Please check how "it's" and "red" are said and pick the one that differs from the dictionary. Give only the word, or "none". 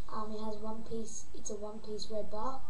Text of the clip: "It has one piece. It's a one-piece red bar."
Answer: red